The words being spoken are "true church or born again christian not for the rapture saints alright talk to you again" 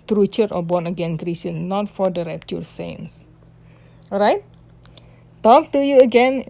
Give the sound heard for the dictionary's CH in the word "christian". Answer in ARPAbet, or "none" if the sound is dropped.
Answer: none